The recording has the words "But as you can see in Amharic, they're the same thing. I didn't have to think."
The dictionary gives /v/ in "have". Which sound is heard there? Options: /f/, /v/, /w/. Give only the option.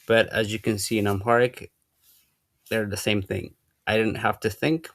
/f/